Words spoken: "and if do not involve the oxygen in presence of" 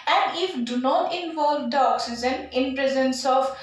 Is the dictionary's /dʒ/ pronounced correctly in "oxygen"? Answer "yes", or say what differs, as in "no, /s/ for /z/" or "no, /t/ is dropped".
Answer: no, /z/ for /dʒ/